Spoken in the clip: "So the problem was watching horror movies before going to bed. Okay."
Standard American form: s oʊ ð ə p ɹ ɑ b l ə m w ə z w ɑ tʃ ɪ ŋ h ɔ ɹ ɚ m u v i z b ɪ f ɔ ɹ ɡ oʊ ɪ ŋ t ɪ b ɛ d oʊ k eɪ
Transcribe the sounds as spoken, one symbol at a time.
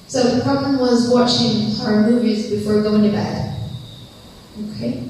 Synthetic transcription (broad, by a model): s oʊ ð ə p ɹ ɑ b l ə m w ə z w ɑ tʃ ɪ ŋ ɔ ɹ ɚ m u v i z b ɪ f ɔ ɹ ɡ oʊ ɪ ŋ t ɪ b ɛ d oʊ k eɪ